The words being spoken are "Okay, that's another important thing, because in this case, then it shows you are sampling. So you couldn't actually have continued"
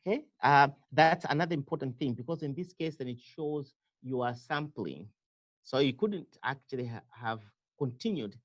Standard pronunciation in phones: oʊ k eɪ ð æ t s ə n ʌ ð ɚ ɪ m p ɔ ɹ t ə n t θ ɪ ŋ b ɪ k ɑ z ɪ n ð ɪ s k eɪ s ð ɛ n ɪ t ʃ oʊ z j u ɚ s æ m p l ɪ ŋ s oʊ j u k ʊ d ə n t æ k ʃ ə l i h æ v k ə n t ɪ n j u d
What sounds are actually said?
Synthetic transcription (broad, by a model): k eɪ ð æ t s ə n ʌ ð ɚ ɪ m p ɔ ɹ t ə n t θ ɪ ŋ b ɪ k ɑ z ɪ n ð ɪ s k eɪ s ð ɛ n ɪ t ʃ oʊ z j u ɚ s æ m p l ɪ ŋ s oʊ j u k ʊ d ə n t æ k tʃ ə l i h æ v k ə n t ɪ n j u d